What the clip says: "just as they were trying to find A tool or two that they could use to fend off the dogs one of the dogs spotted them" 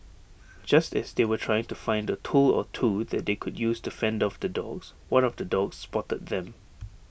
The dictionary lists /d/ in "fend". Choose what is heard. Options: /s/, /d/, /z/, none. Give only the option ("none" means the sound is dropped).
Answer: /d/